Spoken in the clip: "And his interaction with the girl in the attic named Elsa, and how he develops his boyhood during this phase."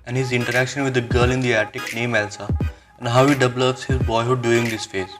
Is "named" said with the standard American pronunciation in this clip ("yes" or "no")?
no